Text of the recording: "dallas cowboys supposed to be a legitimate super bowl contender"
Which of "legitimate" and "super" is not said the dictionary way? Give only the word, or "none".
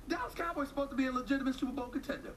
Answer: super